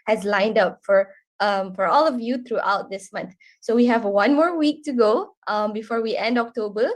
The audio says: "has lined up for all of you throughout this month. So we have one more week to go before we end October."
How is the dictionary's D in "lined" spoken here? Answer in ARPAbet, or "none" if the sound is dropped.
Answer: D